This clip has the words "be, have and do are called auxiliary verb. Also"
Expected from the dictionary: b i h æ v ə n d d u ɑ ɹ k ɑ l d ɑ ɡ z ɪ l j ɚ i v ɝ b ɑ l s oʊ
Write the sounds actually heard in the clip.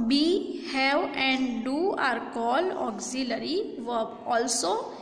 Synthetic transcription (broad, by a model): b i h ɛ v ə n d d u ɑ ɹ k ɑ l ɑ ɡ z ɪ l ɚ i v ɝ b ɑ l s oʊ